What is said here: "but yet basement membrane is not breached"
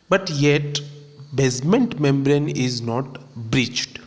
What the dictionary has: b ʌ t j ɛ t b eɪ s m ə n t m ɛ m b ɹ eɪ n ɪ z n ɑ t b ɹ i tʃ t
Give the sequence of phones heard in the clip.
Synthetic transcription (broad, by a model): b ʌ t j ɛ t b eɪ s m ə n t m ɛ m b ɹ eɪ n ɪ z n ɑ t b ɹ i tʃ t